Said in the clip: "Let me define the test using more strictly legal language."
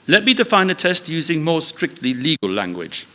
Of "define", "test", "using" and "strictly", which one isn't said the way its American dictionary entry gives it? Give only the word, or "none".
none